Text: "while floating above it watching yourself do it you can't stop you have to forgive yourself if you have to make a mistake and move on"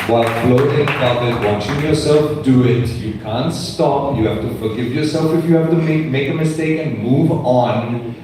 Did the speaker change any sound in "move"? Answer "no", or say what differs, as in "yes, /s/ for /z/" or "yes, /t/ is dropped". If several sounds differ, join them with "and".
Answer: no